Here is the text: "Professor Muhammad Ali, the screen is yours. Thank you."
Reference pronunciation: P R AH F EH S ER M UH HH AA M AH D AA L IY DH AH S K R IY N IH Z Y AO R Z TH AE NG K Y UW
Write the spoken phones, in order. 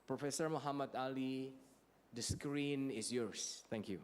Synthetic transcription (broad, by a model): P R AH F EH S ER M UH HH AA M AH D AA L IY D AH S K R IY N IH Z Y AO R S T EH NG K Y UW